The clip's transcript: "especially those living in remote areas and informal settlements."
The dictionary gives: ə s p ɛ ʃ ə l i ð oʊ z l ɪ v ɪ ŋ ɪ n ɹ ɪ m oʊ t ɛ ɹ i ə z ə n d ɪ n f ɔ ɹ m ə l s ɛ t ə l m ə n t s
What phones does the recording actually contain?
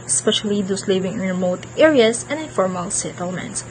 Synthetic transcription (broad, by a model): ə s p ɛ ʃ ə l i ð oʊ s l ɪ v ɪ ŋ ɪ ɹ ɪ m oʊ t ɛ ɹ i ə s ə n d ɪ n f ɔ ɹ m ə l s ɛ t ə l m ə n t s